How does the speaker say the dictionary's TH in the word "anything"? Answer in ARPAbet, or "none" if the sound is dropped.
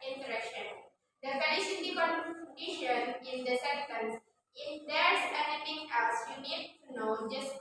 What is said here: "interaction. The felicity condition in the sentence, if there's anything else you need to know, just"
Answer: F